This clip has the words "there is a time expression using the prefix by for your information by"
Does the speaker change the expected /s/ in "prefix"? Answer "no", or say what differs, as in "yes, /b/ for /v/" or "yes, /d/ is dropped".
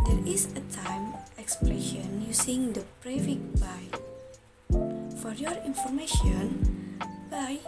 yes, /s/ is dropped